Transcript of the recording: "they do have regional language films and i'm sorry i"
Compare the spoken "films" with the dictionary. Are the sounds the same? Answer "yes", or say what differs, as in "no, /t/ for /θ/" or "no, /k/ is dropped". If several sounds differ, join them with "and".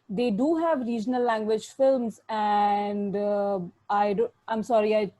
yes